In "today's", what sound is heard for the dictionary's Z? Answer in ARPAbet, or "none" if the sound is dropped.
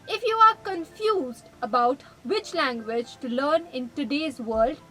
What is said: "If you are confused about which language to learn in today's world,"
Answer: Z